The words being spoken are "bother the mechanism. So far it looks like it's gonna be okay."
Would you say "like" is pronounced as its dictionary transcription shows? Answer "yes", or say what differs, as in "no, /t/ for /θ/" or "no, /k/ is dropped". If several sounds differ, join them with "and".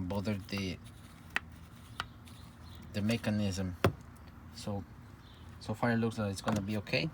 no, /k/ is dropped